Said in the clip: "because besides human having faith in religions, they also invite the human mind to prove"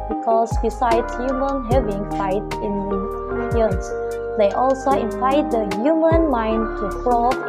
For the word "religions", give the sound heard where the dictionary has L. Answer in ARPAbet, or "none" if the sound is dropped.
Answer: N